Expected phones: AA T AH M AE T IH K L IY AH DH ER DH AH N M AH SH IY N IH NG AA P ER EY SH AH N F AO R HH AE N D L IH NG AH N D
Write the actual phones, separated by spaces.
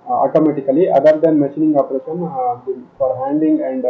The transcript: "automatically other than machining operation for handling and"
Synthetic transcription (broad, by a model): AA T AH M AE T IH K L IY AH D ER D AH N M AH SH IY N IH NG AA P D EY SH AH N F AO R HH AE N D IH NG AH N D